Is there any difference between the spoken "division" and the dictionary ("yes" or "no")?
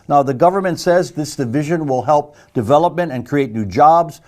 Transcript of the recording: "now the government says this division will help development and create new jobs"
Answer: no